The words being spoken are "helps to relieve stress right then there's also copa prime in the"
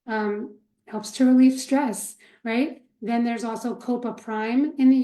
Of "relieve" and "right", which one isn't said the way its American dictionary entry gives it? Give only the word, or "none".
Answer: relieve